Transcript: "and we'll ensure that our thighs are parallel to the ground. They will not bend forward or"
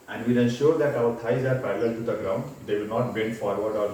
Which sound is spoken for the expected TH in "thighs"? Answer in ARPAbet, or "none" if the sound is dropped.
T